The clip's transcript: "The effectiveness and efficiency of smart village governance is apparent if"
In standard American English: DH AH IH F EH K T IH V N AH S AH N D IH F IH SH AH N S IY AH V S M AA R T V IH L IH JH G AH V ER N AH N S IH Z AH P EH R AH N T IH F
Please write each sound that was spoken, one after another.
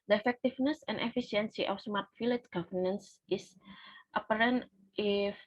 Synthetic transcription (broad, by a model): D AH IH F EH K T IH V N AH S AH N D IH F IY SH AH N S IY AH F S M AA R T F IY L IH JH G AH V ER N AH N S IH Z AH P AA R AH N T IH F